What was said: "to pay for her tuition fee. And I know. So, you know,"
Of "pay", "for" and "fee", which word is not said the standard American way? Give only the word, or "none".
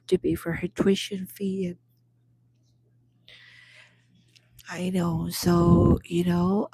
pay